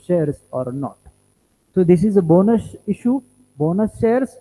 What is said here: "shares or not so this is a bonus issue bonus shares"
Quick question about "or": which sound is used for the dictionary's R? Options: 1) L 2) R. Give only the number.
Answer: 2